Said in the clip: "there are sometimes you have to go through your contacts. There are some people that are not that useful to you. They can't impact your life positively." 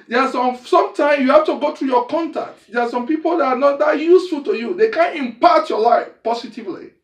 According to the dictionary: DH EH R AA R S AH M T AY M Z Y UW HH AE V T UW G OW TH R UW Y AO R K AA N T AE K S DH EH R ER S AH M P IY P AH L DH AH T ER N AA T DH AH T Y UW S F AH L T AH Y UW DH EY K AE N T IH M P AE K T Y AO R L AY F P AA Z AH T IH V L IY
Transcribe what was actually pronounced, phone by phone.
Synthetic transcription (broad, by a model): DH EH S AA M S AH M T AY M Y UW HH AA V T UW G OW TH R UW Y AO K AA N T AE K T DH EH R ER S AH M P IY P AH L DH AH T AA N AA T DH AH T Y UW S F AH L T AH Y UW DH EY K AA N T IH M P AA T Y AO L AY F P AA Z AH T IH V L IY